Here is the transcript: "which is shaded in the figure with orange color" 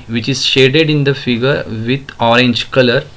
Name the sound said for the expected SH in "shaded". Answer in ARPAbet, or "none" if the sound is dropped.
SH